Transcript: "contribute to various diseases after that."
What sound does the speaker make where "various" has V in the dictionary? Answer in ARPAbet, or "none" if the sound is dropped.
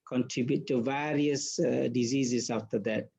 V